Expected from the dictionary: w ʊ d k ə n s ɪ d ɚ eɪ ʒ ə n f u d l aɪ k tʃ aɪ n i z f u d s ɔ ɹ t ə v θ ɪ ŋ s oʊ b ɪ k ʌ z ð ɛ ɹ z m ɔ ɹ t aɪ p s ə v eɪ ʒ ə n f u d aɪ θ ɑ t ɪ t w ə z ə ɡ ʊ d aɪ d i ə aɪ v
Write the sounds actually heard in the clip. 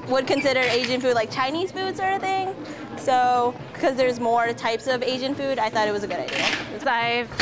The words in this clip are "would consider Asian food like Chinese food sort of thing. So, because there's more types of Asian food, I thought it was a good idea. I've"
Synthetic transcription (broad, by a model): w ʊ d k ə n s ɪ d ɚ eɪ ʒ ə n f u d l aɪ k tʃ aɪ n i z f u d s ɔ ɹ t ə θ ɪ ŋ s oʊ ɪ k ʌ z ð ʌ ɹ z m ɔ ɹ t aɪ p s ə v eɪ ʒ ə n f u d aɪ θ ɑ t ɪ t w ə z ə ɡ ʊ d aɪ d i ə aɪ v